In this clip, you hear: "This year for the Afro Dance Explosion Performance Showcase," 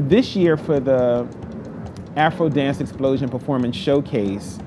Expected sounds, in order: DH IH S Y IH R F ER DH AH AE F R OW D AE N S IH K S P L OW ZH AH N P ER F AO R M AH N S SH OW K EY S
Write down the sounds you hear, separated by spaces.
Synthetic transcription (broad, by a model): DH IH S Y IH R F ER DH AH AE F R OW D AE N S IH K S P L OW ZH AH N P ER F AO R M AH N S SH OW K EY S